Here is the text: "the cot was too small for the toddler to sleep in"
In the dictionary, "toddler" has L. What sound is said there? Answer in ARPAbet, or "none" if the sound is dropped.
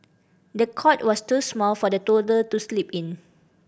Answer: none